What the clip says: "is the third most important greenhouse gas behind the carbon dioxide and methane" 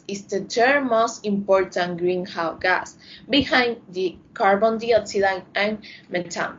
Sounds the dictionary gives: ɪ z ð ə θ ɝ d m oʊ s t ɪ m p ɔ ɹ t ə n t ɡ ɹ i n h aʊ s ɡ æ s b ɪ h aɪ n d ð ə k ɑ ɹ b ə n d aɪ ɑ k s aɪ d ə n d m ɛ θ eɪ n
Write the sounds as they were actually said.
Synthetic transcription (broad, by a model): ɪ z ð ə t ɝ m oʊ s t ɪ m p ɔ ɹ t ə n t ɡ ɹ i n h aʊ ɡ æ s b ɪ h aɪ n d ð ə k ɑ ɹ b ə n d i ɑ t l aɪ ə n m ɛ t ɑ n